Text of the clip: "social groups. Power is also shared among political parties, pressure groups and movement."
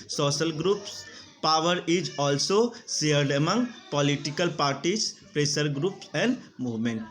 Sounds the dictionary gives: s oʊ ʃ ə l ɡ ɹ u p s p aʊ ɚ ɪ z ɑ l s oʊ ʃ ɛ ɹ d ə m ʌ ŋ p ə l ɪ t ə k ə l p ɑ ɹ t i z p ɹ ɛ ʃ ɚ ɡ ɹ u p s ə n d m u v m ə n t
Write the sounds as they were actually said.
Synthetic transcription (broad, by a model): s oʊ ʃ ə l ɡ ɹ u p s p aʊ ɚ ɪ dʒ ɑ l s oʊ s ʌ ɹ d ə m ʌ ŋ p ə l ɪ t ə k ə l p ɑ ɹ t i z p ɹ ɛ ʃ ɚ ɡ ɹ u p s ə n d m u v m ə n t